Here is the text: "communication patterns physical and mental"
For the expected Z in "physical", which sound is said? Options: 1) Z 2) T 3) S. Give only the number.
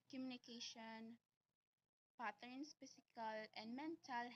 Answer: 3